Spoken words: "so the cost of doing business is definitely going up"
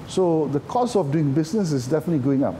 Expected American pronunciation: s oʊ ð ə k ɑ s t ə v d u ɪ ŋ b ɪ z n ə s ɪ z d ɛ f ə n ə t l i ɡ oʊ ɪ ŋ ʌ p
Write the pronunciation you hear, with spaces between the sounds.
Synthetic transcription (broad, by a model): s oʊ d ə k ɑ s ə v d u ɪ ŋ b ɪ s n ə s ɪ s d ɛ f ə n ə t l i ɡ oʊ ɪ ŋ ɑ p